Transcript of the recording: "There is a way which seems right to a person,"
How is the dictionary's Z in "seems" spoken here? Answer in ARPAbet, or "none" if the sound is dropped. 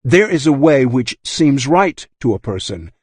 Z